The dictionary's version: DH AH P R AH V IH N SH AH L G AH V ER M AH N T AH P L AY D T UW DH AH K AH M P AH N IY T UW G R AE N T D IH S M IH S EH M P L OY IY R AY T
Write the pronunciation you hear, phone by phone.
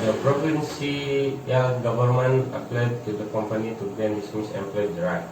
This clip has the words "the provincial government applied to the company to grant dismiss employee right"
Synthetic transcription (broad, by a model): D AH P R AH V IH N S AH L G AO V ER M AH N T AH P L AY D T UW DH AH K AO M P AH N IY T UW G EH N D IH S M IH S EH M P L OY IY R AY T